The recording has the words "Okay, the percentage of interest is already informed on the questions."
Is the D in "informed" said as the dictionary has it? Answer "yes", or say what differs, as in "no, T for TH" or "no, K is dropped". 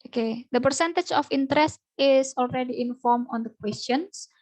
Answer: no, D is dropped